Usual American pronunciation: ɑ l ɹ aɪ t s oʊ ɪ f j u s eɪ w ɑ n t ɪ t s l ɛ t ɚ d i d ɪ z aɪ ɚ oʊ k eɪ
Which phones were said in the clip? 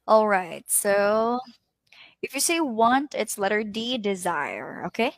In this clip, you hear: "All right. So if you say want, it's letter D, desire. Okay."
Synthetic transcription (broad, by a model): ɑ l ɹ aɪ t s oʊ ɪ f j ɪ s eɪ w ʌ n t ɪ t s l ɛ t ɚ d i d ɪ z aɪ ɚ oʊ k eɪ